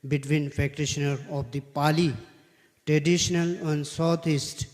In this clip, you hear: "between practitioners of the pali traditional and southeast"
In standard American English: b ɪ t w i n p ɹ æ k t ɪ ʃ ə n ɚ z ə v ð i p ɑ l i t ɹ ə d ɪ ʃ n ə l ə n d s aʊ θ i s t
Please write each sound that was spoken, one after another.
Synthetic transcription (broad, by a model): b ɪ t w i n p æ k t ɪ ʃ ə n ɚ ə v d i p ɑ l i t ɹ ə d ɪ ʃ n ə l ə n d s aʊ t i s t